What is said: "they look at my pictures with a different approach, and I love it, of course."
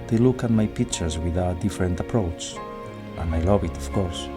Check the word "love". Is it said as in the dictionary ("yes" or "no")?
no